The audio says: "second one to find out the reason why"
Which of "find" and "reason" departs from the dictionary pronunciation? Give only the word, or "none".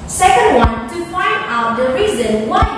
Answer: find